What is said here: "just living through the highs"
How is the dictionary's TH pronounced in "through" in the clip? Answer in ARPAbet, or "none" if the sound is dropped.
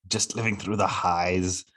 TH